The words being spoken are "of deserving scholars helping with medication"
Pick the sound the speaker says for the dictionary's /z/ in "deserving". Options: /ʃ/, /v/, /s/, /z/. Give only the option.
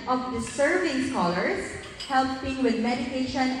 /s/